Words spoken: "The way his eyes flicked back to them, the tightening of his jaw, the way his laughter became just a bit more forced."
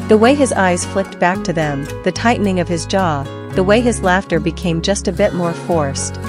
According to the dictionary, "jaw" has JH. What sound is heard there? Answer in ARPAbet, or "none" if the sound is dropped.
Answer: JH